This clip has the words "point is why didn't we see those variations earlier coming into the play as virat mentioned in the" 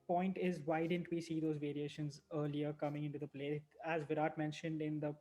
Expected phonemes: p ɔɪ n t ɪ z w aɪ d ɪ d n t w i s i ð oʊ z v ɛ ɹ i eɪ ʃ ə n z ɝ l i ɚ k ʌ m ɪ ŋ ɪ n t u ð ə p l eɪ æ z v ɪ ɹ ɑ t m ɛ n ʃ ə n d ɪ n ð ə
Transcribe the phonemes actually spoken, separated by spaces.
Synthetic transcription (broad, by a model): p ɔɪ n t ɪ z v aɪ d ɪ d n t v i s i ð oʊ z v ɛ ɹ i eɪ ʃ ə n z ɝ l i ɚ k ʌ m ɪ ŋ ɪ n t u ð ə p l eɪ æ z v ɪ ɹ ɑ t m ɛ n ʃ ə n d ɪ n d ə